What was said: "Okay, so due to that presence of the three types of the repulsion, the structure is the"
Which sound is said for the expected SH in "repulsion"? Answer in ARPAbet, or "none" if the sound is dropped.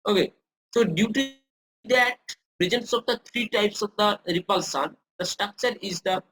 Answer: S